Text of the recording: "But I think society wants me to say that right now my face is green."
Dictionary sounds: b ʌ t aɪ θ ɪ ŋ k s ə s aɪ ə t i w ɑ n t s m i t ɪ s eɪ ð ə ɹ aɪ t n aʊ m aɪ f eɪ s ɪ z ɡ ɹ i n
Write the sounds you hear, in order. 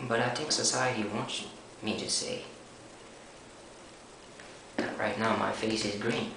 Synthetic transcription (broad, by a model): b ʌ t aɪ t ɪ k s ə s aɪ ə t i w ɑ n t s m i t ɪ s eɪ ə ɹ aɪ t n aʊ m aɪ f eɪ s ɪ z ɡ ɹ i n